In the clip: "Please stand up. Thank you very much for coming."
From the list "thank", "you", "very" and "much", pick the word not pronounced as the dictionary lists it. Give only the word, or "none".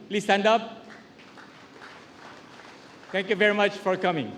thank